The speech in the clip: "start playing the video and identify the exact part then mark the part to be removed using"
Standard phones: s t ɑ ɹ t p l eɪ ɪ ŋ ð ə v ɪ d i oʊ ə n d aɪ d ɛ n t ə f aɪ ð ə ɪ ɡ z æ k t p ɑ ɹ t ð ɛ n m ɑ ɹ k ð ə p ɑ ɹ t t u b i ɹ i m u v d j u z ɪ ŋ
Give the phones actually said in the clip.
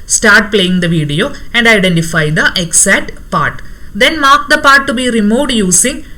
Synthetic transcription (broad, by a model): s t ɑ ɹ t p l eɪ ɪ ŋ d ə v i d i oʊ ə n d aɪ d ɛ n t ə f aɪ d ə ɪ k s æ t p ɑ ɹ t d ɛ n m ɑ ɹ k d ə p ɑ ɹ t t u b i ɹ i m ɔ d j u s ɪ ŋ